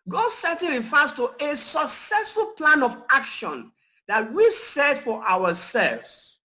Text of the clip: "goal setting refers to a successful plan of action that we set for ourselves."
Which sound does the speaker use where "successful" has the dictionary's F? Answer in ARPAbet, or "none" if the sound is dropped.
F